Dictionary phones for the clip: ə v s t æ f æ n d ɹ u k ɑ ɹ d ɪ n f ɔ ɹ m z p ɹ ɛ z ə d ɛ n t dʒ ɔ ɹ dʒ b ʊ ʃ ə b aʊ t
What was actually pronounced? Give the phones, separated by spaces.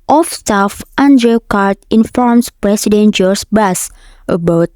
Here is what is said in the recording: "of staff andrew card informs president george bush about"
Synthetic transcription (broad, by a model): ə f s t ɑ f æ n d ɹ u k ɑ ɹ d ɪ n f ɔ ɹ m s p ɹ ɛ s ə d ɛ n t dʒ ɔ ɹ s b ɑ s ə b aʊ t